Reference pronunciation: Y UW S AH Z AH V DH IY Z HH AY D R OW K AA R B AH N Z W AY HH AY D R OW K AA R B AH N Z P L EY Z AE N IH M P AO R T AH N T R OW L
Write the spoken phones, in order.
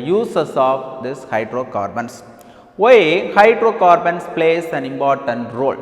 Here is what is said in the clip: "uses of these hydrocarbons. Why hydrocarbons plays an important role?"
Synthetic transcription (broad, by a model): Y UW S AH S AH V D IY S HH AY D R OW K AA R B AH N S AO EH HH AY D R OW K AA R B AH N S P L EY S AE N IH M P AO R T AH N T R OW L